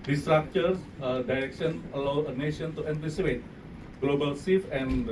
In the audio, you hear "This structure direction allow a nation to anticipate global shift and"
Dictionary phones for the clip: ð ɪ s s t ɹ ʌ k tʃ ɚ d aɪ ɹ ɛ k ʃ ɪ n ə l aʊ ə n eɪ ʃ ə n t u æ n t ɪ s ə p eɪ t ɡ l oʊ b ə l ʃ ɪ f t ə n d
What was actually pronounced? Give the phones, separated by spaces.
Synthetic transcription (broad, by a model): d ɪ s s t ɹ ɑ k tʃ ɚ d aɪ ɹ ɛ k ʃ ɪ n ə l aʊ ə n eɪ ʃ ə n t u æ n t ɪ s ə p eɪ t ɡ l oʊ b ə l s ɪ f ə n